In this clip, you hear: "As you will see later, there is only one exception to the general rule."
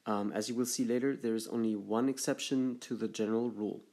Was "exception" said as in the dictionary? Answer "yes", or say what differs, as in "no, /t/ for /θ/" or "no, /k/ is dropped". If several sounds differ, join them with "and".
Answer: yes